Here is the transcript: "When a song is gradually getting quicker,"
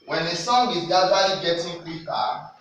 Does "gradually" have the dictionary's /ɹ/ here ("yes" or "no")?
no